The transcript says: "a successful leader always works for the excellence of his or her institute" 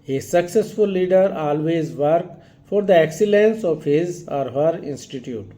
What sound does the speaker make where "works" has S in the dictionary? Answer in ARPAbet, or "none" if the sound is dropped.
none